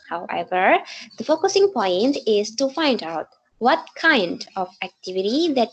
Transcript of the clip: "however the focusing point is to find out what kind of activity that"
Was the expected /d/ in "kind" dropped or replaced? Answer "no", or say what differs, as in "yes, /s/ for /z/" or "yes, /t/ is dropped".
no